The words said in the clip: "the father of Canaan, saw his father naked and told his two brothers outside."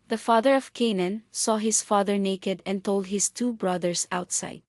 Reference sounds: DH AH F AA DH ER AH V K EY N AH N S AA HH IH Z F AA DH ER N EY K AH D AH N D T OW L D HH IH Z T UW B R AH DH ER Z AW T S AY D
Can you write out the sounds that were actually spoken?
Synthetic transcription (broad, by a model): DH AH F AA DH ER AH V K EY N AH N S AA HH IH S F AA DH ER N EY K AH D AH N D T OW L D HH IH S T UW B R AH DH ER S AW T S AY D